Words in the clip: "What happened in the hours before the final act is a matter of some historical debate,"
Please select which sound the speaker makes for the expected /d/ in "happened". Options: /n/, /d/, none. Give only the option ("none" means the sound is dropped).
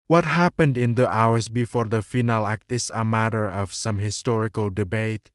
/d/